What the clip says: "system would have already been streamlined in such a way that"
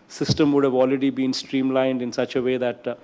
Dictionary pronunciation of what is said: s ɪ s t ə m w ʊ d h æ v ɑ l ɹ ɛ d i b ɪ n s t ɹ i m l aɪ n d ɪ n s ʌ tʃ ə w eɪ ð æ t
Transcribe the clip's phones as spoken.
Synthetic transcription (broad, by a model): s ɪ s t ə m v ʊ d h æ v ɑ l ɹ ɛ d i b ɪ n s t ɹ i m l aɪ n d ɪ n s ʌ tʃ ə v eɪ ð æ t